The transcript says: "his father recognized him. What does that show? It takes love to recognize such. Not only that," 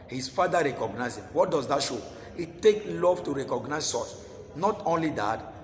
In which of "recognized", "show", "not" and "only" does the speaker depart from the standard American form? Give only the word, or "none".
recognized